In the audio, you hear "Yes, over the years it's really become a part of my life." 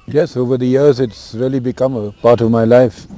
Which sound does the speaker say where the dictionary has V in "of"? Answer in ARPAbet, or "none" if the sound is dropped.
V